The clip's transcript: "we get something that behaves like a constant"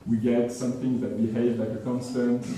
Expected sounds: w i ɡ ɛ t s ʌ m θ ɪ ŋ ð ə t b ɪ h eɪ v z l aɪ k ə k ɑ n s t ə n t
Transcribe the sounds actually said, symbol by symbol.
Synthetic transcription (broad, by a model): w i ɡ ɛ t s ʌ m θ ɪ ŋ ð ə t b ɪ h eɪ v l aɪ k ə k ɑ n s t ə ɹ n